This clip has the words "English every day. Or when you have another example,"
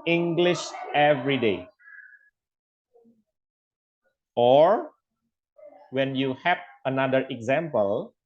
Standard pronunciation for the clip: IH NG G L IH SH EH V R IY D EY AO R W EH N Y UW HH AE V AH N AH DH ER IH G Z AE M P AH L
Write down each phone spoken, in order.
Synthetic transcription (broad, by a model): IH NG G L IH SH EH V R IY D EY AO R W EH N Y UW HH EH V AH N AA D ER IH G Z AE M P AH L